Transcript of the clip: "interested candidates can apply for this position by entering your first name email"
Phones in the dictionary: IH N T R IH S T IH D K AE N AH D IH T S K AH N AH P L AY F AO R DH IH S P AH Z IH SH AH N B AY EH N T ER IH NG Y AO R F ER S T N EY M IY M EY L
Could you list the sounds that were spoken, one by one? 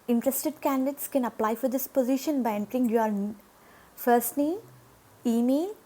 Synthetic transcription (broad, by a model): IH N T R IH S T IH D K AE N D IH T S K AH N AH P L AY F AO R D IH S P AH Z IH SH AH N B AY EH N T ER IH NG Y AO R F ER S T N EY IY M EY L